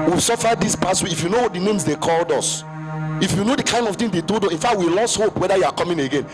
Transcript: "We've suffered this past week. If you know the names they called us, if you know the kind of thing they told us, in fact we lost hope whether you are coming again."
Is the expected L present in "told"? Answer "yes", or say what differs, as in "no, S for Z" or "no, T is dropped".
no, L is dropped